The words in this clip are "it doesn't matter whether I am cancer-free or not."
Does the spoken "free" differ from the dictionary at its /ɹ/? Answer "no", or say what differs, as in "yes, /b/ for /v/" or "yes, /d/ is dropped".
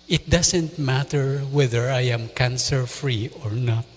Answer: no